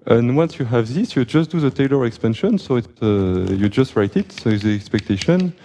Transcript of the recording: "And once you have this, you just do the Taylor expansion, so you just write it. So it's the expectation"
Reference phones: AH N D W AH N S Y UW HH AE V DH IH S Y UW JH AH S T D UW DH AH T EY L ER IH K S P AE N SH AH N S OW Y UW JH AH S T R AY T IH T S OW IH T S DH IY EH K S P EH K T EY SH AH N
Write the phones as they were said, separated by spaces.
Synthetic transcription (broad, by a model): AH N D W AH N S Y UW HH AE V DH IH S Y UW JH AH S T D UW DH AH T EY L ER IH K S P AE N SH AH N S OW Y UW JH AH S T R AY T IH T S OW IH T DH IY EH K S P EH K T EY SH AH N